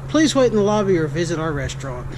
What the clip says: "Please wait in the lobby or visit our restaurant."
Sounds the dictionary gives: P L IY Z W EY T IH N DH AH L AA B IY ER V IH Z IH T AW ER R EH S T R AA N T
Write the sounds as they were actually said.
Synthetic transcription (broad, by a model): P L IY Z W EY T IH N DH AH L AA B IY ER V IH Z IH T AW ER R EH S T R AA N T